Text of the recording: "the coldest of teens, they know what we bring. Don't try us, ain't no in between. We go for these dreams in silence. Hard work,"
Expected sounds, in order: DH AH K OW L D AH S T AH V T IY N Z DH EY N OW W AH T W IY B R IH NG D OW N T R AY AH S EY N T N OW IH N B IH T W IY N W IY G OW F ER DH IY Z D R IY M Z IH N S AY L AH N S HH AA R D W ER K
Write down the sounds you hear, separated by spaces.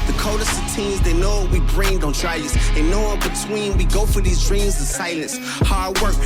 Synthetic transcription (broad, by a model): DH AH K OW D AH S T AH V T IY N Z DH EY N OW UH W IY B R IH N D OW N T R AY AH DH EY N N OW IH N B IH T W IY N W IY G OW F ER DH IY Z D R IY M Z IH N S AY L AH N S HH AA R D W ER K